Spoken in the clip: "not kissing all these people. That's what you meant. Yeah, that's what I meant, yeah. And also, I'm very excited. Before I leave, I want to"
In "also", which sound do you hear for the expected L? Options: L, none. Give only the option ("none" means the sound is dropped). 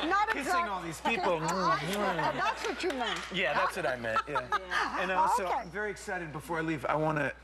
none